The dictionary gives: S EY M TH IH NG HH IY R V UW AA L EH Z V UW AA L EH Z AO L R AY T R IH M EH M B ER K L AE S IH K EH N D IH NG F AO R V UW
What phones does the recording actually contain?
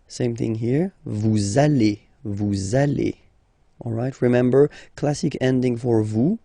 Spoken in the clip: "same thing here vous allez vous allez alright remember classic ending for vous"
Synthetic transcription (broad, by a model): S EY M TH IH NG HH IY R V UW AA L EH V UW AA L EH AO L R AY T R IH M EH M B ER K L AE S IH K EH N D IH NG F AO R V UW